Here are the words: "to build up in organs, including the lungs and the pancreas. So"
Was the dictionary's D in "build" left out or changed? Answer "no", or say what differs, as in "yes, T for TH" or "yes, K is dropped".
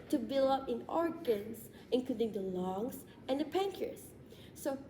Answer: yes, D is dropped